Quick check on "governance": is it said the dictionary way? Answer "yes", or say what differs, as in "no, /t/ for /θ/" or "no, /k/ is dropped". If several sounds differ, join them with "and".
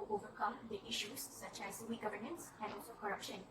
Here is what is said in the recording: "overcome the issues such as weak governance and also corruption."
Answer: yes